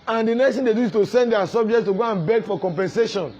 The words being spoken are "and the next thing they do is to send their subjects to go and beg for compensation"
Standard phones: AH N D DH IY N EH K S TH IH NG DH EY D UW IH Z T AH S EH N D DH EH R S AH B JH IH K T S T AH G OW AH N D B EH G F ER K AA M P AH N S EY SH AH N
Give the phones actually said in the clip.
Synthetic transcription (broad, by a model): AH N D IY N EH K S T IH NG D EY D UW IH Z T AH S EH N D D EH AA S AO B JH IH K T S T AH G OW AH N B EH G F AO K AA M P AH N S EY SH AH N